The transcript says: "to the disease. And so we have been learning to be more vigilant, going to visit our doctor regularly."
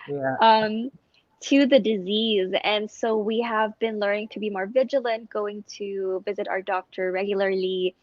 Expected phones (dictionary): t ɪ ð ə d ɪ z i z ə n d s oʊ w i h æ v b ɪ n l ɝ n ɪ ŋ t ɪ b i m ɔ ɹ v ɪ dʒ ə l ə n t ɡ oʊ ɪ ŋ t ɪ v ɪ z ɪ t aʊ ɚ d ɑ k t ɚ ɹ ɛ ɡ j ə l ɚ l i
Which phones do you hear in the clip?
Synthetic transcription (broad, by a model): t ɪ ð ə d ɪ z i z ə n s oʊ w i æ v b ɪ n l ɝ n ɪ ŋ t ɪ b i m ɔ ɹ v ɪ dʒ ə l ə n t ɡ oʊ ɪ ŋ t ɪ v ɪ z ɪ t aʊ ɚ d ɑ k t ɚ ɹ ɛ ɡ j l ɚ l i